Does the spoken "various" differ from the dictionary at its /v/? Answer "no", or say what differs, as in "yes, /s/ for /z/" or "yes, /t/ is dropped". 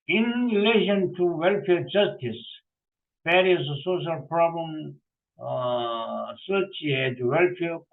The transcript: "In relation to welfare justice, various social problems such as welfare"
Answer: yes, /p/ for /v/